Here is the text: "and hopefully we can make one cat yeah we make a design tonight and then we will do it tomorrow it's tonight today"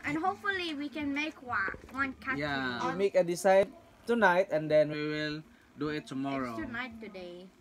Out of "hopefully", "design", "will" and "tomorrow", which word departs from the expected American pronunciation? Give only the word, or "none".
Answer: design